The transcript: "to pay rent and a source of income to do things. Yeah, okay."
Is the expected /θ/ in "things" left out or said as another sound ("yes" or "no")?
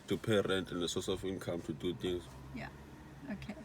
yes